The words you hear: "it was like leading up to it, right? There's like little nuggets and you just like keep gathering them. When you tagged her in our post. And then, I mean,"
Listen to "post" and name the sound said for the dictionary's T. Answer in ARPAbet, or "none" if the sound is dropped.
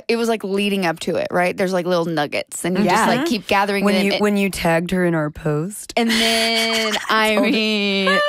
T